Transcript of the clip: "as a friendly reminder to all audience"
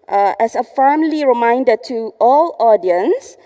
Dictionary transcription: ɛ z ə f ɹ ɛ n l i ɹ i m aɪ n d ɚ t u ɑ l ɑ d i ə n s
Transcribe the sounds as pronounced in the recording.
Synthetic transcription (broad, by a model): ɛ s ə f ɛ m l i ɹ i m aɪ n d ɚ t u ɑ l ɑ d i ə n s